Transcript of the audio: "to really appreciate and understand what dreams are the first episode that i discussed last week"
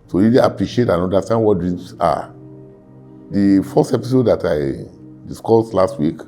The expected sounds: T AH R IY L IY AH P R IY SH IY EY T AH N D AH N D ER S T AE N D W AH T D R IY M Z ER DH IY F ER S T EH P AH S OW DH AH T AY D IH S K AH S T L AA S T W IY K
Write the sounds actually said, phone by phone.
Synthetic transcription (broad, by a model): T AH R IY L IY AH P R IY SH IY EY T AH N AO N D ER S T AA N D W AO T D R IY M S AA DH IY F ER S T EH P AH S OW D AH T AY D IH S K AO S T L AA S T W IY K